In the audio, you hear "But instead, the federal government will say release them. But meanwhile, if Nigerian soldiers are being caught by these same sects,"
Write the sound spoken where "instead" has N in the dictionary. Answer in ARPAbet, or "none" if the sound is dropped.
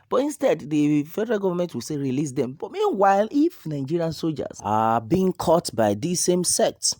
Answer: N